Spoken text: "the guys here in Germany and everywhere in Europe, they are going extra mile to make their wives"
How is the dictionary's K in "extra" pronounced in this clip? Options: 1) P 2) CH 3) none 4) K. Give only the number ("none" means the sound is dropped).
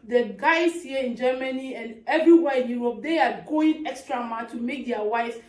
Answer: 4